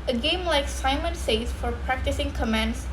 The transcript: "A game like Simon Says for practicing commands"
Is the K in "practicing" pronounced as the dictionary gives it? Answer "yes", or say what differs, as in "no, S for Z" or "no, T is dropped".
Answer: yes